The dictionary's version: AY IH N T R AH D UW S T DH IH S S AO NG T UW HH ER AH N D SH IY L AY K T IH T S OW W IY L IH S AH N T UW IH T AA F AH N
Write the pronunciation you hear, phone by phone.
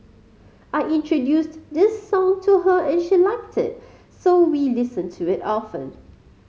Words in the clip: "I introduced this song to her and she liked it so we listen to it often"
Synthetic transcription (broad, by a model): AY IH N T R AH D UW S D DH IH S S AO NG T UW HH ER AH N SH IY L AY K T IH T S OW W IY L IH S AH N T UW IH T AA F AH N